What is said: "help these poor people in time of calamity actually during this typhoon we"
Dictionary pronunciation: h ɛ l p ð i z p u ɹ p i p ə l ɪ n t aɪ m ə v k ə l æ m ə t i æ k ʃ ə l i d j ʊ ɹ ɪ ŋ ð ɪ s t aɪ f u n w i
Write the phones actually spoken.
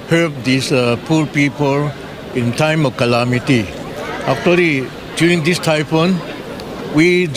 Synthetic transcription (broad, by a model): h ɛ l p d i s p u ɹ p i p ə l ɪ n t aɪ m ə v k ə l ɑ m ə t i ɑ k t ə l i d j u ɹ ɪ ŋ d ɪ s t aɪ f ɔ n w i